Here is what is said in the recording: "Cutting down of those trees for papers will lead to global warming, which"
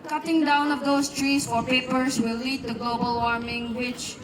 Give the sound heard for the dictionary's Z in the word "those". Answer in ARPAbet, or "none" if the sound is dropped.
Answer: S